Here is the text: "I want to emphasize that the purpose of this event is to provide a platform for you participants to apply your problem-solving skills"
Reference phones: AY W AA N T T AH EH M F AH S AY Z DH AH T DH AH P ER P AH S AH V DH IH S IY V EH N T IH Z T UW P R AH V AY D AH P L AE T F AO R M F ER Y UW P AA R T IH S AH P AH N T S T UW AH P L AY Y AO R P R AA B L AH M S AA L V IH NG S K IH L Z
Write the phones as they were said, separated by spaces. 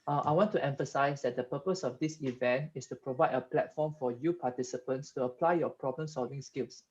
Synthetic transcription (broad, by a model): AY W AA N T T EH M F AH S AY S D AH T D AH P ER P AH S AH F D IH S IY V EH N T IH S T UW P R AH V AY D AH P L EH T F AO M F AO Y UW P AA T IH S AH P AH N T S T UW AH P L AY Y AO P R AA B L AH M S AA L V IH NG S K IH L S